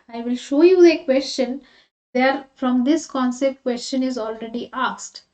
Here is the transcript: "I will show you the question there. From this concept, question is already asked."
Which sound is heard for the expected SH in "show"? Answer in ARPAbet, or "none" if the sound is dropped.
SH